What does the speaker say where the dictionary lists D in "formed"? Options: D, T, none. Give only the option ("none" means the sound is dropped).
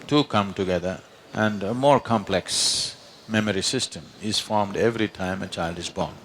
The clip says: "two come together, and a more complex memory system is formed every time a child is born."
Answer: D